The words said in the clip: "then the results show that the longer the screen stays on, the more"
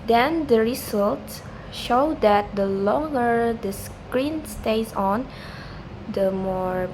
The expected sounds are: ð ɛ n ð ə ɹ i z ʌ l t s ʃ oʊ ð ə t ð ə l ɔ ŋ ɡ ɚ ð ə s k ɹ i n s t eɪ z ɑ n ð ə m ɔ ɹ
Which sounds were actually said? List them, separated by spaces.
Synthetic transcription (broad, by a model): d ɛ n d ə ɹ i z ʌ l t s ʃ oʊ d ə t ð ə l ɔ ŋ ɡ ɚ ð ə s k ɹ i n s t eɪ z ɑ n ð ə m ɔ ɹ